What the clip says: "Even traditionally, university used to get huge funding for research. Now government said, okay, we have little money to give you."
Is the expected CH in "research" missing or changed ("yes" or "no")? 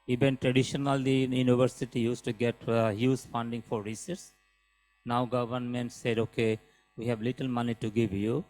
yes